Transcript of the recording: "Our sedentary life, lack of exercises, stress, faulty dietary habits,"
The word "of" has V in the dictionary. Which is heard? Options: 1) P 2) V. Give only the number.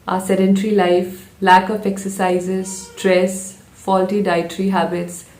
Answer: 1